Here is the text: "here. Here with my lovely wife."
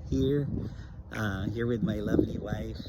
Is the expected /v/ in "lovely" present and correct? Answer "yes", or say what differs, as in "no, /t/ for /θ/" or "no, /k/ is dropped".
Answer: yes